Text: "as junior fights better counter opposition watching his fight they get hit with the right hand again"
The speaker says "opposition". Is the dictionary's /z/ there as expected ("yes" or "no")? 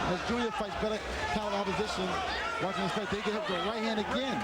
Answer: yes